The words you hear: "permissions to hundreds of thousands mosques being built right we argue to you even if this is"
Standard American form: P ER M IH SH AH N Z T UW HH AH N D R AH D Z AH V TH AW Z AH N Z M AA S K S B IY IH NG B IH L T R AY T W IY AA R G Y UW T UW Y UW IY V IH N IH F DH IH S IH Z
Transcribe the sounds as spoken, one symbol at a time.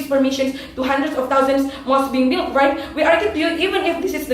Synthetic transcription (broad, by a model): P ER M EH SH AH N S T UW HH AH N D R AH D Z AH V T AW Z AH N S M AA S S B IY IH NG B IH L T R AY T W IY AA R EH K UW T UW Y UW IY V IH N IH F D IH S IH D